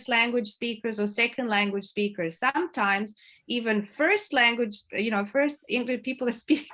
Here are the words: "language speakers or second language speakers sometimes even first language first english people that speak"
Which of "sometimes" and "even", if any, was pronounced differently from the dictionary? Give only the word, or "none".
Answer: none